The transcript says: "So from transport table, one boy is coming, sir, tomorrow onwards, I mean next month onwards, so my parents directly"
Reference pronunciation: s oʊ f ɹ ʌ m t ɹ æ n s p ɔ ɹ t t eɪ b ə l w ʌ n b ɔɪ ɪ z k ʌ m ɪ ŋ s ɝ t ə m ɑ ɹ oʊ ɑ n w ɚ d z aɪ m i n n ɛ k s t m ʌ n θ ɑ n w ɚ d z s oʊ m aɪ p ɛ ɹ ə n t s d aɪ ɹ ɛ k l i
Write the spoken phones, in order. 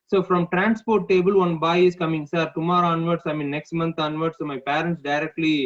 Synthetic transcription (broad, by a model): s oʊ f ɹ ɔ m t ɹ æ n s p ɔ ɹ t t eɪ b ə l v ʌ n b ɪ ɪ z k ʌ m ɪ ŋ s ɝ t ə m ɑ ɹ oʊ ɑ n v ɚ d s aɪ m i n n ɛ k s t m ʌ n t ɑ n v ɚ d s oʊ m aɪ p ɛ ɹ ə n t s d aɪ ɹ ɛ k l i